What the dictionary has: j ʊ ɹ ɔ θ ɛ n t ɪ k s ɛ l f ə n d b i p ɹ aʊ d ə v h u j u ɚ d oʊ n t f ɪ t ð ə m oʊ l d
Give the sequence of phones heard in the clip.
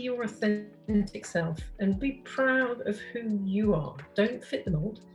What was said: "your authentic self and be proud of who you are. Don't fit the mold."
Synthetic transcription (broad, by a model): j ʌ ɹ ɔ θ ɛ n t ɪ k s ɛ l f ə n b i p ɹ aʊ d ə v h u j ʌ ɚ d oʊ n t f ɪ t ð ə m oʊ l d